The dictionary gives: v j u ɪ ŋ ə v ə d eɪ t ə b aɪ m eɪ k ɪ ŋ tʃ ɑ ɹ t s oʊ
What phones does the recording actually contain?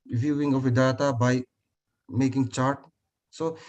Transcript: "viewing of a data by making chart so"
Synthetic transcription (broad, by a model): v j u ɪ ŋ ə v ə d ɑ t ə b aɪ m eɪ k ɪ ŋ tʃ ɑ ɹ t s oʊ